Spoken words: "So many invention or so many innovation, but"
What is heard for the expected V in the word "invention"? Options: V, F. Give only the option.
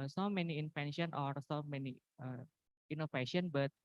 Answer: F